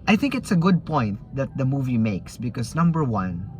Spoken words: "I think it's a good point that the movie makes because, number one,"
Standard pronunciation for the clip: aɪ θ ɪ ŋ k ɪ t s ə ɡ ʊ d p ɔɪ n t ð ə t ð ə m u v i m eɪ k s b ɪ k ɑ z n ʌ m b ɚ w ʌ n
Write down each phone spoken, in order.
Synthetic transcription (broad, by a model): aɪ θ ɪ ŋ k ɪ t s ə ɡ ʊ d p ɔɪ n t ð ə t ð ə m u v i m eɪ k s b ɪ k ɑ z n ʌ m b ɚ w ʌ n